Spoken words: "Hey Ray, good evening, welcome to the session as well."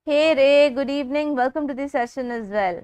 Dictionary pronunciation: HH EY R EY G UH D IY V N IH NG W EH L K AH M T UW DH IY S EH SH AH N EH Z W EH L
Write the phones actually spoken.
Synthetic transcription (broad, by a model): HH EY R EY G UH D IY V N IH NG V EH L K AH M T UW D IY S EH SH AH N EH Z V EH L